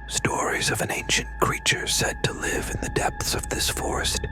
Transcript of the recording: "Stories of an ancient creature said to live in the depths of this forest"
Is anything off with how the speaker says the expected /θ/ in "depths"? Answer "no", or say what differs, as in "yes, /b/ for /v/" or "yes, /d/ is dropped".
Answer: no